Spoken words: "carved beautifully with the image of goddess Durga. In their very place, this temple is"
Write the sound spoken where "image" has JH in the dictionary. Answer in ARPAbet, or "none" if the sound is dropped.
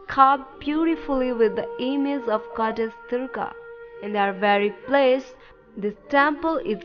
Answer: Z